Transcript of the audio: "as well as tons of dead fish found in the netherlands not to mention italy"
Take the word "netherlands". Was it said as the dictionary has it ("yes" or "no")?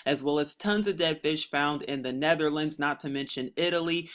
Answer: yes